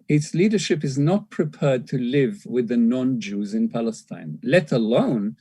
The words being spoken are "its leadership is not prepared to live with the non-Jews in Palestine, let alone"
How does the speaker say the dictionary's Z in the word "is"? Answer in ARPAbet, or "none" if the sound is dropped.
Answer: Z